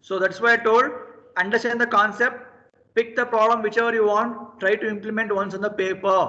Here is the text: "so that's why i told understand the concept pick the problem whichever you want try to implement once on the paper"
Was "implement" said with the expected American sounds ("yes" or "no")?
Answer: yes